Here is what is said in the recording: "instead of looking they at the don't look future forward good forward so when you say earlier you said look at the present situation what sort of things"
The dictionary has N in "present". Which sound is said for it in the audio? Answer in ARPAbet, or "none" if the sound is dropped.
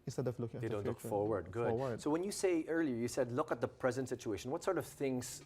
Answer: N